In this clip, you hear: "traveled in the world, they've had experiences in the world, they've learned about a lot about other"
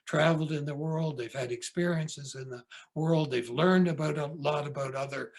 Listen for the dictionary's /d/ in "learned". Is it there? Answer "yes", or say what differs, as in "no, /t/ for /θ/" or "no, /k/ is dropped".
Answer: yes